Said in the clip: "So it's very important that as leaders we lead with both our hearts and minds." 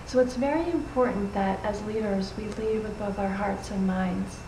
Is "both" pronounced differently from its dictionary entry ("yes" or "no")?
no